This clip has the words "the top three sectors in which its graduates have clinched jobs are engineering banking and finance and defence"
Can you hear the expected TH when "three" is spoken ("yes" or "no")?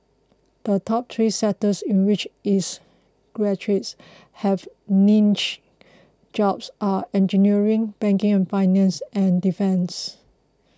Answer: no